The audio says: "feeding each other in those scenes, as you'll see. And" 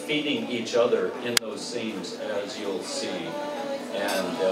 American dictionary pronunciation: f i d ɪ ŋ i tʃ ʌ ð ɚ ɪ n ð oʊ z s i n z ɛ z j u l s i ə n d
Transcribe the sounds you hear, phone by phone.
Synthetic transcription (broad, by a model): f i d ɪ ŋ i tʃ ʌ ð ɚ ɪ n ð oʊ z s i n z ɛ z j u l s i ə n